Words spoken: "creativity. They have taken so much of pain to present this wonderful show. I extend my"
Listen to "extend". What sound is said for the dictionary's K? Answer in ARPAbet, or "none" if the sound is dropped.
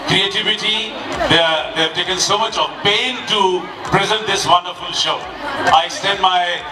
none